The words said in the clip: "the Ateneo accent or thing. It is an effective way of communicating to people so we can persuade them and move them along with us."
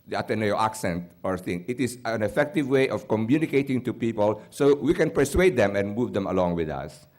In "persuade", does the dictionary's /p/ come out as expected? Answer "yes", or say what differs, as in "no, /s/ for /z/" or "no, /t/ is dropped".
yes